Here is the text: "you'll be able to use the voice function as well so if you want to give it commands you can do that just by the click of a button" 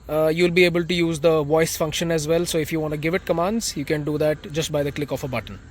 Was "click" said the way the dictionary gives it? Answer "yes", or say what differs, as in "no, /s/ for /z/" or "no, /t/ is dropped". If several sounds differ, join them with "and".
yes